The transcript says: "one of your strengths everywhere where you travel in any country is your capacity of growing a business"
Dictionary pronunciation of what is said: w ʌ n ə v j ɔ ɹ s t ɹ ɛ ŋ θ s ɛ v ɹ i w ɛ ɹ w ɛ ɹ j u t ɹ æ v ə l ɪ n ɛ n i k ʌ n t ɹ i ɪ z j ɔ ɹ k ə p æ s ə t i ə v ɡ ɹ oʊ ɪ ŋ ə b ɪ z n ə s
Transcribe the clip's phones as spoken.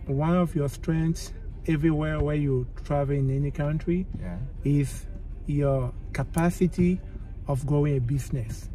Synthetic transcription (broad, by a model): w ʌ n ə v j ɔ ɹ s t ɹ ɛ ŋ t s ɛ v ɹ i w ɛ ɹ w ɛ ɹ j u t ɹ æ v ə l ɪ n ɛ n i k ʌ n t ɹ i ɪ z j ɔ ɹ k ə p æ s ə t i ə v ɡ oʊ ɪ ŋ ə b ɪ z n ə s